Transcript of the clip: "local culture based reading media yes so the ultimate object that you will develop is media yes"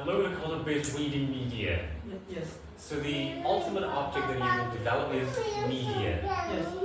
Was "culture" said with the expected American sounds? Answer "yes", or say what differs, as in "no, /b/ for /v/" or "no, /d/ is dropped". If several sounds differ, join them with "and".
no, /tʃ/ is dropped